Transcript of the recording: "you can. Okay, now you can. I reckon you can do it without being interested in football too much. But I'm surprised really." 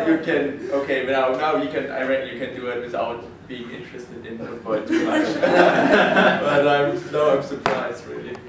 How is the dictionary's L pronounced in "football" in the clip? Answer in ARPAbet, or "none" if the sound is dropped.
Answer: N